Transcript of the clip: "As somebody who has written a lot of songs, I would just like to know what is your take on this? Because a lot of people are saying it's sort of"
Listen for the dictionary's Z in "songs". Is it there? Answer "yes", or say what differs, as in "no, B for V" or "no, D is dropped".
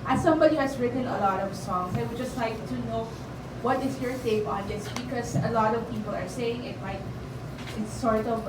no, S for Z